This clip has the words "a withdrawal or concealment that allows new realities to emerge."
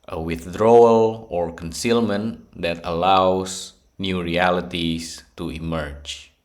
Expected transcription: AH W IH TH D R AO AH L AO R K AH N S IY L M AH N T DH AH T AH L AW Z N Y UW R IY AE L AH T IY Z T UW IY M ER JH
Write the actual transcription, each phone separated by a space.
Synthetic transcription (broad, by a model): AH W IH TH D R AO AH L AO R K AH N S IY L M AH N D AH T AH L AW S N Y UW R IY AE L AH T IY S T UW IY M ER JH